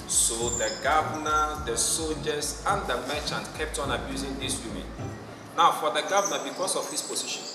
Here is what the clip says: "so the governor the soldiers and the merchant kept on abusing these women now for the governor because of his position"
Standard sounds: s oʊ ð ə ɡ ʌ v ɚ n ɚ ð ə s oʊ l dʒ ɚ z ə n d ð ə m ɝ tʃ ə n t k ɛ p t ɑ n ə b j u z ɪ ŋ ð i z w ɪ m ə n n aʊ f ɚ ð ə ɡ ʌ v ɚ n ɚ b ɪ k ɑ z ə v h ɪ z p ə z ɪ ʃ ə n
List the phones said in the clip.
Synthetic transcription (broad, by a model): s oʊ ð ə ɡ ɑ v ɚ n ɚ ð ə s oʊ l dʒ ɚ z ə n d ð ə m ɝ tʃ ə n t k ɛ p t ɑ n ə b j u z ɪ ŋ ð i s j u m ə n n aʊ f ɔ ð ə ɡ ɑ v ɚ n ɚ b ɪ k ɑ s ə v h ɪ s p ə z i ʃ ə n